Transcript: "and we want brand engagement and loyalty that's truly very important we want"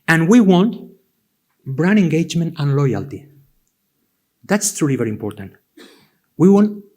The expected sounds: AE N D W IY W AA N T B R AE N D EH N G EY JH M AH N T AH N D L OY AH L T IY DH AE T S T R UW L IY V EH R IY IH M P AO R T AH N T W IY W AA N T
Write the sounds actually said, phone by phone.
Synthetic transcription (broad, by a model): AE N W IY W AA N T B R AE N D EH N G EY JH M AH N T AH N L OY AH L T IY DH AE T S T R UW L IY V EH R IY M P AO R T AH N T W IY W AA N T